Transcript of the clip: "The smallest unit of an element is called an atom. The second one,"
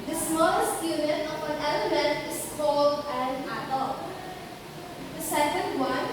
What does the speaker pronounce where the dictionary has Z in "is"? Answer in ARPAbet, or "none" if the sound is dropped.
S